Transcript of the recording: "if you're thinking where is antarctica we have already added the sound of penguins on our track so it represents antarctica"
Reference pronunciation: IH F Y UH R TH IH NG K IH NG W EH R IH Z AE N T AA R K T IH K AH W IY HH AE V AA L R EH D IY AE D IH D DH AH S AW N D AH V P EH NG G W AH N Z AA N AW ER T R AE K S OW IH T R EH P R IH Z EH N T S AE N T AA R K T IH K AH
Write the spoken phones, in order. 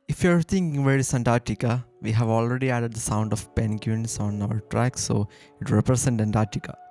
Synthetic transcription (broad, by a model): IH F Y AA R T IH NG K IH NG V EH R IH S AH N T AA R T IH K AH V IY HH AE V AA L R EH D IY AE D IH D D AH S AW N D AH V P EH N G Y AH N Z AA N AW ER T R AE K S OW IH T R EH P R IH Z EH N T EH N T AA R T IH K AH